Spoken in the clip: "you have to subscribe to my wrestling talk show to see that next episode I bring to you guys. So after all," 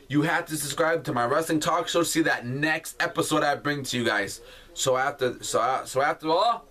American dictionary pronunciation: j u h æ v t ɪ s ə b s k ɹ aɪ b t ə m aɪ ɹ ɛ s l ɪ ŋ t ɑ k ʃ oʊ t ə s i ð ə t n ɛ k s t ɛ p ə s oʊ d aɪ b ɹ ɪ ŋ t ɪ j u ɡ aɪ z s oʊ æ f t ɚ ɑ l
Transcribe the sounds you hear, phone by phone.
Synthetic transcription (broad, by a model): j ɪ h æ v t ɪ s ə s k ɹ aɪ b t ə m aɪ ɹ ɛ s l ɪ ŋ t ɑ k s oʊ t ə s i ð ə t n ɛ k s t ɛ p ə s oʊ d aɪ b ɹ ɪ ŋ t ɪ j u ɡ aɪ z s oʊ æ f t ɚ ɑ l